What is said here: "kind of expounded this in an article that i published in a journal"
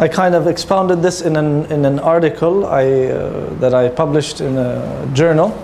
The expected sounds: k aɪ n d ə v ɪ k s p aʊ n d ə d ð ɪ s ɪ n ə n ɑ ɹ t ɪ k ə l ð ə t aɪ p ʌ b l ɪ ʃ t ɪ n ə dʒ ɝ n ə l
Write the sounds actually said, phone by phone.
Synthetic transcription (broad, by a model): k aɪ n d ə v ɪ k s p aʊ n d ə d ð ɪ s ɪ n ə n ɑ ɹ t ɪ k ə l ð ə t aɪ p ʌ b l ɪ ʃ t ɪ n ə dʒ ɝ n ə l